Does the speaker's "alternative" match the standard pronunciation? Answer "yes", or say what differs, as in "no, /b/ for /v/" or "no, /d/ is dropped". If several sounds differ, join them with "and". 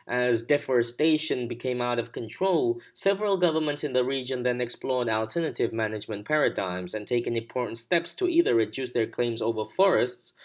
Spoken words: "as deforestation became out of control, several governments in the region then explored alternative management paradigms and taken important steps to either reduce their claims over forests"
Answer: yes